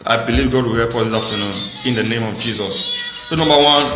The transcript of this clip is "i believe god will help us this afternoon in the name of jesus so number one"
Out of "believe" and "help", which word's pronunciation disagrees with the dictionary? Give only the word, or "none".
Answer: help